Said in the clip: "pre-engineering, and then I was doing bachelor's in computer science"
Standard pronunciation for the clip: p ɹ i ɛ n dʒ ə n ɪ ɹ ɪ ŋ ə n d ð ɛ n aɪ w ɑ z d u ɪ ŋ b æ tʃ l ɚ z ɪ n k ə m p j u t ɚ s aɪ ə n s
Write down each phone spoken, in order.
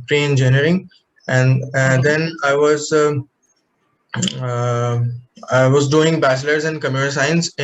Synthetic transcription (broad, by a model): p ɹ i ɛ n dʒ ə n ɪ ɹ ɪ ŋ ə n d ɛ n aɪ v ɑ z d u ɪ ŋ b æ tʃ l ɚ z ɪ n k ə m j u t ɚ s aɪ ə n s